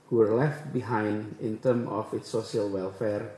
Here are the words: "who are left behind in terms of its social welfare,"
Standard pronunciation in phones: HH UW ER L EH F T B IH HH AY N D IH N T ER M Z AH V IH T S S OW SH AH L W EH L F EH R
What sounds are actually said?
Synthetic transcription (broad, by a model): HH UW ER L EH F T B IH HH AY N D IH N T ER M AH F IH T S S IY AH L W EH L F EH R